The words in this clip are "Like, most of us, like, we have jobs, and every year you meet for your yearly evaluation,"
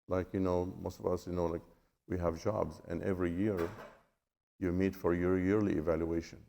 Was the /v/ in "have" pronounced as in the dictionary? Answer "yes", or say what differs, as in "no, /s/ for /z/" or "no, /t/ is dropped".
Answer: yes